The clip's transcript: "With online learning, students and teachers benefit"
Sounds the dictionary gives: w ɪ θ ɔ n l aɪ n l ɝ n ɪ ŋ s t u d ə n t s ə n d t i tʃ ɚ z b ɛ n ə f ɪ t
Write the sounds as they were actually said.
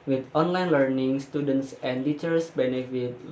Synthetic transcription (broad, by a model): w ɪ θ ɔ n l aɪ n l ɝ n ɪ ŋ s t u d ə n t s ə n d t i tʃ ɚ s b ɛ n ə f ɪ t